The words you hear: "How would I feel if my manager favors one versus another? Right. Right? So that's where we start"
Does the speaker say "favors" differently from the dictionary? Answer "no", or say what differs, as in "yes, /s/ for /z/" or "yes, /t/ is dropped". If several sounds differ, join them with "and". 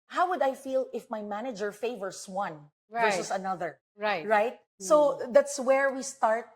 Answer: yes, /s/ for /z/